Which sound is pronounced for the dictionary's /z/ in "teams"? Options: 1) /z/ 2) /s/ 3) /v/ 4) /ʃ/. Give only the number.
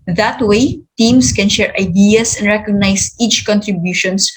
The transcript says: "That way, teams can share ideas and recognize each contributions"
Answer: 2